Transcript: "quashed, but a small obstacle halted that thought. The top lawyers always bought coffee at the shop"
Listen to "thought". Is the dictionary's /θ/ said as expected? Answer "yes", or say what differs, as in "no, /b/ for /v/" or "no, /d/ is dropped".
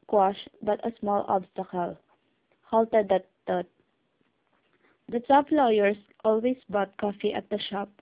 no, /t/ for /θ/